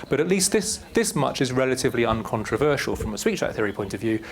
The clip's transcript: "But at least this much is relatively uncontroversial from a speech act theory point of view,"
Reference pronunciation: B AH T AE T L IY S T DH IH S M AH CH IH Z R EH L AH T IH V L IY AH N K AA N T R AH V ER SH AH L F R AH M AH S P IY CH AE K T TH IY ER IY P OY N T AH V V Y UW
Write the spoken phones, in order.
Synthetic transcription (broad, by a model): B AH T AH T L IY S T DH IH S M AH CH IH Z R EH L AH T IH V L IY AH N K AA N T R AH V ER SH AH L F R AH M AH S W IY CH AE T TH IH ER IY P OY N T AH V V Y UW